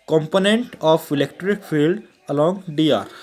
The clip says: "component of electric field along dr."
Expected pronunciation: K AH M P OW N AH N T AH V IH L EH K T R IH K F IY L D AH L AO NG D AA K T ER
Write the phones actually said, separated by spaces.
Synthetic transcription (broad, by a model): K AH M P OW N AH N T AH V IH L EH K T R IH K F IY L D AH L AO NG D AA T